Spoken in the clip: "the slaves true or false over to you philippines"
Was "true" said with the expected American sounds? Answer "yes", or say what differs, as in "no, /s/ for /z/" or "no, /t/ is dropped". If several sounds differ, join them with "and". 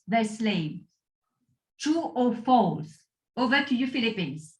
no, /ɹ/ is dropped